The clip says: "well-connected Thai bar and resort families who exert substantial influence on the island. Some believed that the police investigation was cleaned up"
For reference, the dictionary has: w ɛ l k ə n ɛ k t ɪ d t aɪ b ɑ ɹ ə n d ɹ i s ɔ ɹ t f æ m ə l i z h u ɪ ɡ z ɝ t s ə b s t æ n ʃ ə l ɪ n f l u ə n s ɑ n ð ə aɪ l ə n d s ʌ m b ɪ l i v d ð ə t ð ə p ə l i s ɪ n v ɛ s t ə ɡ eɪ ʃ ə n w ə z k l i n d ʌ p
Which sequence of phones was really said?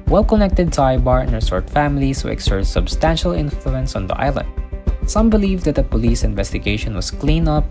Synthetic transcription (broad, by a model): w ɛ l k ə n ɛ k t ɪ d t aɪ b ɑ ɹ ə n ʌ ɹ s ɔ ɹ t f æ m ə l i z h u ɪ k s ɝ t s ə b s t æ n ʃ ə l ɪ n f l u ə n s ɑ n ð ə aɪ l ə n d s ʌ m b ɪ l i v d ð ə t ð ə p ə l i s ɪ n v ɛ s t ə ɡ eɪ ʃ ə n w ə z k l i n ʌ p